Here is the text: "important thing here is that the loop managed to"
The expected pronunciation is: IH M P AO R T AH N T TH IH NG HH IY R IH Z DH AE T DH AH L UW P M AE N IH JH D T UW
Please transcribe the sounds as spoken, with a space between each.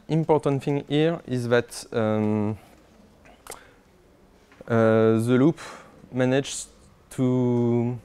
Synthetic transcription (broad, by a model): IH M P AO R T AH N T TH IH NG HH IY R IH Z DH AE T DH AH L UW P M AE N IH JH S T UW